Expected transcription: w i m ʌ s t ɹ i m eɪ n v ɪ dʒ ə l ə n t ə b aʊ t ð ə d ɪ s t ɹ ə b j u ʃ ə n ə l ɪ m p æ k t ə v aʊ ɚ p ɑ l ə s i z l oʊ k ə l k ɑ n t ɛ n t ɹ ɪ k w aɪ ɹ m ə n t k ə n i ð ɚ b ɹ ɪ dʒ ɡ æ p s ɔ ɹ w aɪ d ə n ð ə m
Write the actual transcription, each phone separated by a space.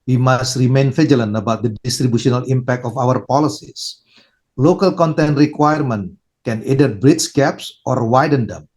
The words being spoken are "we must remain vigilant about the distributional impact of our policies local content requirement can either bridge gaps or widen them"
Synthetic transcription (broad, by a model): w i m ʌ s t ɹ i m eɪ n f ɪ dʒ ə l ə n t ə b aʊ t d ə d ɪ s t ɹ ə b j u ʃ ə n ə l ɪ m p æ k t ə f aʊ ɚ p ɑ l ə s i s l oʊ k ə l k ɑ n t ɛ n t ɹ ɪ k w aɪ ɹ m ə n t k ə n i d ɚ b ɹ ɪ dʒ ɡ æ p s ɔ ɹ w aɪ d ə n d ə m